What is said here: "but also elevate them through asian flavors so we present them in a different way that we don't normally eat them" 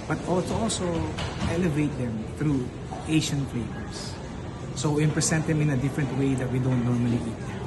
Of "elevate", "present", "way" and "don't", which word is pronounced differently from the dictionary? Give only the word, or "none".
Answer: present